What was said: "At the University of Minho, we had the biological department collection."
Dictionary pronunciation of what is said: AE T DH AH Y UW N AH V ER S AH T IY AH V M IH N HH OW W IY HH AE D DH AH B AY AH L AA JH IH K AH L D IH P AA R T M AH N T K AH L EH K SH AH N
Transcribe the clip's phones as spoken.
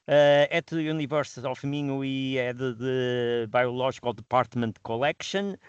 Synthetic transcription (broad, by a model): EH T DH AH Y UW N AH V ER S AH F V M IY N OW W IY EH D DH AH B AY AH L AA ZH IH K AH L D IH P AA R T M AH N T K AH L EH K SH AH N